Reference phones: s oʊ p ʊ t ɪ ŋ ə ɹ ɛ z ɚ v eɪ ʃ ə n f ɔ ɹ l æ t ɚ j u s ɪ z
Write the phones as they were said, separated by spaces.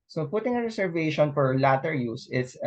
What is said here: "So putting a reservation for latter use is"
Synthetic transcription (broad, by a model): s oʊ p ʊ t ɪ ŋ ə ɹ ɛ s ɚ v eɪ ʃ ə n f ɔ ɹ l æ t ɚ j u s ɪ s